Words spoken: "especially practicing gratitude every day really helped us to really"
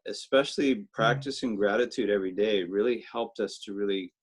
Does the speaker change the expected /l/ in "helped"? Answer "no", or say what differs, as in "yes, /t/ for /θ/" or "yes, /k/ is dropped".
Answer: no